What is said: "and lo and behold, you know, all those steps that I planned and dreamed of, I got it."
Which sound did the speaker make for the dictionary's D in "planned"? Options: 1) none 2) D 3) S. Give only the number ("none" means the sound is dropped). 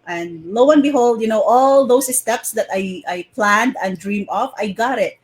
2